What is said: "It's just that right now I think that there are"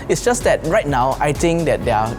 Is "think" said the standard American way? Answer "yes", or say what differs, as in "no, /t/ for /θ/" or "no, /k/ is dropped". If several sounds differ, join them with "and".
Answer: no, /t/ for /θ/